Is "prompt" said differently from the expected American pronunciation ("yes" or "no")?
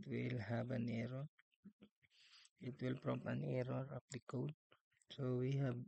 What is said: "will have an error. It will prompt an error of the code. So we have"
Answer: yes